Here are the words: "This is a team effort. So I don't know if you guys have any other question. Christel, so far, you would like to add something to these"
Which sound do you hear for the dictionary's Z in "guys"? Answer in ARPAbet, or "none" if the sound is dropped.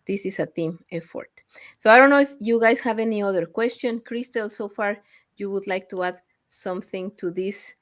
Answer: S